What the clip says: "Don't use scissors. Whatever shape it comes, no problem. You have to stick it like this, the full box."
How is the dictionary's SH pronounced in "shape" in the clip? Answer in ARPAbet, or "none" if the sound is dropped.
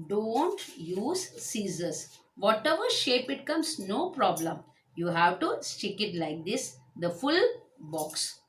SH